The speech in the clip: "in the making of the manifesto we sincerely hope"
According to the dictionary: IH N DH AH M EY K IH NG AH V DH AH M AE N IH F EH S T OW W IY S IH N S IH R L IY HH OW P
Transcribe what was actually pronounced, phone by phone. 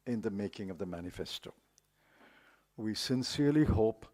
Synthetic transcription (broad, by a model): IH N DH AH M EY K IH NG AH V DH AH M AE N IH F EH S T OW W IY S IH N S IH R L IY HH OW P